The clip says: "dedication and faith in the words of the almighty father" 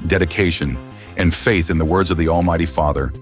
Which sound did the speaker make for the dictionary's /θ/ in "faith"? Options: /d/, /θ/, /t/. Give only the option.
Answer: /θ/